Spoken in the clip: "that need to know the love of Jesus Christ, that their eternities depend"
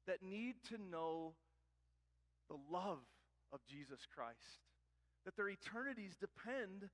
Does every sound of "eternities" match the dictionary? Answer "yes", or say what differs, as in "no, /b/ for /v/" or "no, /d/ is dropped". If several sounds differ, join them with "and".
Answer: yes